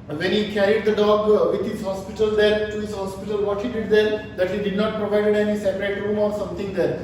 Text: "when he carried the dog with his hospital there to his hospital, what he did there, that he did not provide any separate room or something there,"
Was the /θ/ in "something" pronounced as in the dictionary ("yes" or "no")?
no